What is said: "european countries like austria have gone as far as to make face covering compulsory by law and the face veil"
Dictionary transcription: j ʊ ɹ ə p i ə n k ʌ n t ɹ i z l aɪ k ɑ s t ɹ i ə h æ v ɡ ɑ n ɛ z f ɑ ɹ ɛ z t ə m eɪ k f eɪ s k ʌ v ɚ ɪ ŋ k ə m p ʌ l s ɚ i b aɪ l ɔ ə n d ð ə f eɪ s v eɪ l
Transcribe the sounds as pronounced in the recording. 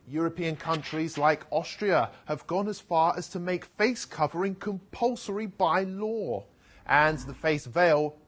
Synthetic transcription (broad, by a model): j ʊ ɹ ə p i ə n k ʌ n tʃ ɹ i z l aɪ k ɑ s t ɹ i ə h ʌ v ɡ ɑ n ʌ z f ɑ ɹ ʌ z t ə m eɪ k f eɪ s k ʌ v ɚ ɪ ŋ k ə m p ʌ l s ɚ i b aɪ l ɔ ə n ð ə f eɪ s v eɪ l